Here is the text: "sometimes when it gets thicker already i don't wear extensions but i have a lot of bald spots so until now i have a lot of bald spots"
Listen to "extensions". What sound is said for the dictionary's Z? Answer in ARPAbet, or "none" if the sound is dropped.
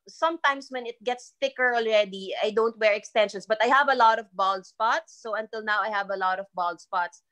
S